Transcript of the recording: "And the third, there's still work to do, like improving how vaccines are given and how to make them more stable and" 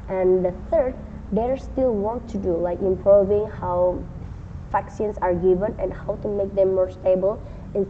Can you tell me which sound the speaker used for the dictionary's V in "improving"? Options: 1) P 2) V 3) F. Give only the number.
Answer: 2